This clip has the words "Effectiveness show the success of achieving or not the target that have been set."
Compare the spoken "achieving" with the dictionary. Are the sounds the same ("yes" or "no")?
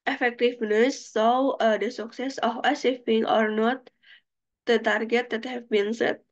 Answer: no